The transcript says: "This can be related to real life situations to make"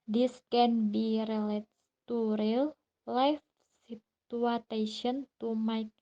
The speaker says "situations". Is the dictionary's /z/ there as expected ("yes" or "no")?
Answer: no